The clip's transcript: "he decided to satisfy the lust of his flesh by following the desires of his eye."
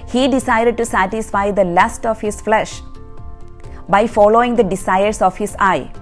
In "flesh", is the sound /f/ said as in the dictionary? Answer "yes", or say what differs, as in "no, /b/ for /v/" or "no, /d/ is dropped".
yes